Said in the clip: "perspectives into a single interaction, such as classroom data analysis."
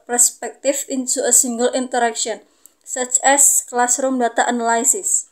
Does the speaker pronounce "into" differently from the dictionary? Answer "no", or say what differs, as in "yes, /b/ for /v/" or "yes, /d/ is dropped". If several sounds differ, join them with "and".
yes, /s/ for /t/